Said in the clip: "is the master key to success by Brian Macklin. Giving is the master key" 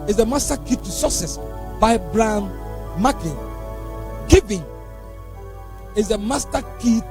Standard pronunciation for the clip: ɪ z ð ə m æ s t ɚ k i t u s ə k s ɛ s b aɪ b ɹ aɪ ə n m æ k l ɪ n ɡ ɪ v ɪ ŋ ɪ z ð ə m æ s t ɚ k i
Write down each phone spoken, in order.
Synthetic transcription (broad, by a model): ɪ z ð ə m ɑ s t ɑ k i t u s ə s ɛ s b aɪ b ɹ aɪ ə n m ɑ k ɪ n ɡ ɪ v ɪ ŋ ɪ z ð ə m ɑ s t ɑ k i